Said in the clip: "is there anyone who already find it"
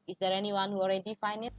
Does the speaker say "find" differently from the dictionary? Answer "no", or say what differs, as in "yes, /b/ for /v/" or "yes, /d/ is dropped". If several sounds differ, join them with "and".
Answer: yes, /d/ is dropped